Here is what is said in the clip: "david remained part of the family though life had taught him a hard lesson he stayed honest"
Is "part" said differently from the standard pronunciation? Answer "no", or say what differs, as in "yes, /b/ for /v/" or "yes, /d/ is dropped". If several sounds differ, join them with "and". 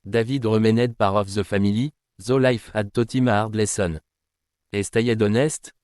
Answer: yes, /t/ is dropped